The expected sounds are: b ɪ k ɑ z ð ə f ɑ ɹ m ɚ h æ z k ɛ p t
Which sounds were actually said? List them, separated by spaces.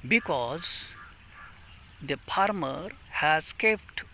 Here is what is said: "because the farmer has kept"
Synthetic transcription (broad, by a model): b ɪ k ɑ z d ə p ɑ ɹ m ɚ h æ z k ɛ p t